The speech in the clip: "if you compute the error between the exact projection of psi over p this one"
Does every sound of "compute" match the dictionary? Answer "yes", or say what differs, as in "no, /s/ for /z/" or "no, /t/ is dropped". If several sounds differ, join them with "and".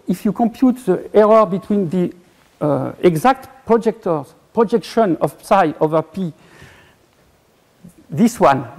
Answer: yes